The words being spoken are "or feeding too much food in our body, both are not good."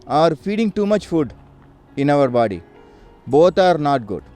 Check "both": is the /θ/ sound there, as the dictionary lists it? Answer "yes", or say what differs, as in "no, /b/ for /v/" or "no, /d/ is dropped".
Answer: no, /t/ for /θ/